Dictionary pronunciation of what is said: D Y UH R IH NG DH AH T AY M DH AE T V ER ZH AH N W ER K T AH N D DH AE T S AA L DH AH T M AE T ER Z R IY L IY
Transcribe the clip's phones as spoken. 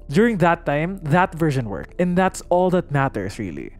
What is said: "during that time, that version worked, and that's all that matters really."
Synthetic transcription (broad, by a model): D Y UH R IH NG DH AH T AY M DH AE T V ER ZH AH N W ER K AH N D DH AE T S AA L DH AH T M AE T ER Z R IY L IY